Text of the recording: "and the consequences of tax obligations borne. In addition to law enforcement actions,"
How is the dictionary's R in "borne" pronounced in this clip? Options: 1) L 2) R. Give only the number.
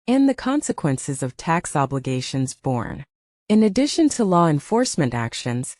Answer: 2